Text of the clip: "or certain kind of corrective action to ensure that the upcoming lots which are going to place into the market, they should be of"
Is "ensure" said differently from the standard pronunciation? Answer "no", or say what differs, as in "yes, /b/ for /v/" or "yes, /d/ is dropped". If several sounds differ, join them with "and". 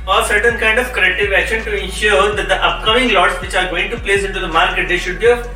no